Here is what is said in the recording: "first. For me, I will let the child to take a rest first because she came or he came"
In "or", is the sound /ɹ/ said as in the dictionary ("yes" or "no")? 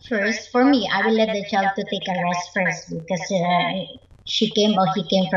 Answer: no